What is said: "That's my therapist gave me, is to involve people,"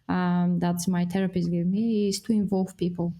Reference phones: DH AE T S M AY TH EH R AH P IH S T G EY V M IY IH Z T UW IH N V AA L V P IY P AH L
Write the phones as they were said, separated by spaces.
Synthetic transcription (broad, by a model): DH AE T S M AY T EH R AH P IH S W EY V M IY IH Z T UW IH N V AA L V P IY P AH L